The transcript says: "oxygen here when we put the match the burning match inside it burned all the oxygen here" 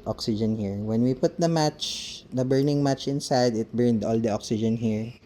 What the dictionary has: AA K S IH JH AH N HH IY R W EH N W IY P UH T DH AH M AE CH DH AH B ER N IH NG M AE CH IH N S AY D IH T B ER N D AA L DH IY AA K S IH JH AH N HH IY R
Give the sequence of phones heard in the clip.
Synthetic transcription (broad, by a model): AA K S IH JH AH N HH IY R W EH N W IY P UH T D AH M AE CH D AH B ER N IH NG M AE CH IH N S AY D IH T B ER N D AA L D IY AA K S IH JH AH N HH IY R